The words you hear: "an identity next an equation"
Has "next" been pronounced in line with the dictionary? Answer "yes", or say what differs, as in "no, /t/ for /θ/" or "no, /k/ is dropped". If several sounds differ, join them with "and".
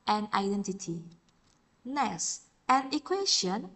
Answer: no, /k/ is dropped